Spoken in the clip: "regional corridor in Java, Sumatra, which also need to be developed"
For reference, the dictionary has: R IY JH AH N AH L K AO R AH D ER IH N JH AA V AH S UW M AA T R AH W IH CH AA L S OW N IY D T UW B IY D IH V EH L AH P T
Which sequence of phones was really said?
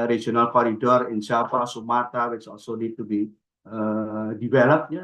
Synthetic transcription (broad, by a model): R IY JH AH N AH L K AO R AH D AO IH N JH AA F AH S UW M AA T AH W IH CH AA L S OW N IY D T UW B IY D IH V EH L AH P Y